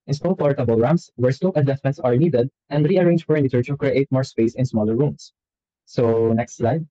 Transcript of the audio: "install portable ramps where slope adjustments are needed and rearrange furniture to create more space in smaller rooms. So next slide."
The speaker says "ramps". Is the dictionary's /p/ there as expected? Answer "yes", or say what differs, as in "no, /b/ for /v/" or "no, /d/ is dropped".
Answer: no, /p/ is dropped